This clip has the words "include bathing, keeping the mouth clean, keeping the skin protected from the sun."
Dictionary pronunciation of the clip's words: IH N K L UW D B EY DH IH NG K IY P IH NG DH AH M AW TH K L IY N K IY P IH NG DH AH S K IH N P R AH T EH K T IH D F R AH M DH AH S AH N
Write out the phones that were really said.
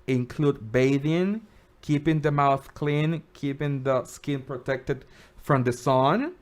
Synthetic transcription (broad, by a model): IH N K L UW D B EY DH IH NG K IY P IH NG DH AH M AW TH K L IY N K IY P IH NG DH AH S K IH N P R AH T EH K T IH D F R AH M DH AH S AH N